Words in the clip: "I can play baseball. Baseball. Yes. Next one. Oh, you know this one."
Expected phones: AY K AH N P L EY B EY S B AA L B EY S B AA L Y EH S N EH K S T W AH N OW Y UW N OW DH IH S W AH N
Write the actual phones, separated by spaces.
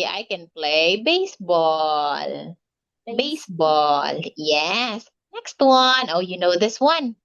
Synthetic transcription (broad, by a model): AY K AH N P L EY B EY S B AA L B EY S B AA L Y EH S N EH K S T W AH N OW Y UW N OW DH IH S W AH N